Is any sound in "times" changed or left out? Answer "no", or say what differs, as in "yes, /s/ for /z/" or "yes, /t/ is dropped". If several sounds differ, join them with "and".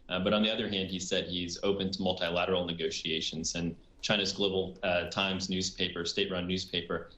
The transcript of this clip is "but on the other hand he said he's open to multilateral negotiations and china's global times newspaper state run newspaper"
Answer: no